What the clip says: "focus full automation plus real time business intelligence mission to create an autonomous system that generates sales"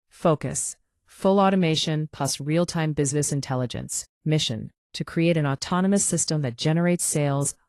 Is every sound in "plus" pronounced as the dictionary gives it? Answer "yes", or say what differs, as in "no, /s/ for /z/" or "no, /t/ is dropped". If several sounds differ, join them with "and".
no, /l/ is dropped